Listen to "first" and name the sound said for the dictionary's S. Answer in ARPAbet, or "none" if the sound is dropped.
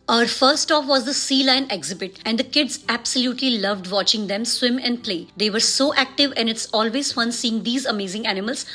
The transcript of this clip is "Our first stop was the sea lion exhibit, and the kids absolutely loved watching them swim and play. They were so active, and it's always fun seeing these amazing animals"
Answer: none